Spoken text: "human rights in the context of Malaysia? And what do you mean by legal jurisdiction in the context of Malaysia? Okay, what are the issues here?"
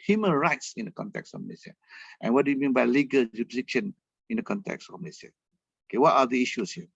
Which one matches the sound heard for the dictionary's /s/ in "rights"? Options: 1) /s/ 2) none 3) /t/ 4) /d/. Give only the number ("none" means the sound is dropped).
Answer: 1